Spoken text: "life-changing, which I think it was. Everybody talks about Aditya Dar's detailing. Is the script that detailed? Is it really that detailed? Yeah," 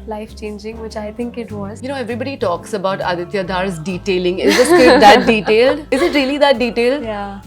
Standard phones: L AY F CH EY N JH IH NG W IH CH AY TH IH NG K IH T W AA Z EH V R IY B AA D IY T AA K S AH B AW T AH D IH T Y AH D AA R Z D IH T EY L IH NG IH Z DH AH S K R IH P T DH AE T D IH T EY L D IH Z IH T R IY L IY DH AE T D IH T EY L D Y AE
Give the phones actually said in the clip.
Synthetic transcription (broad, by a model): L AY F CH EY N JH IH NG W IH CH AY T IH NG K IH T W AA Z EH V R IY B AA D IY T AA K S AH B AW T AH D IH T Y AH D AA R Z D IH T EY L IH NG IH Z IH T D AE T D IH T EY L D IH Z IH T R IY L IY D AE T D IH T EY L D Y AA